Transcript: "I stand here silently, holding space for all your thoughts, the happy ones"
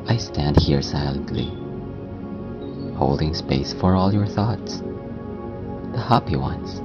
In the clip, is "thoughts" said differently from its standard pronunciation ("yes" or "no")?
no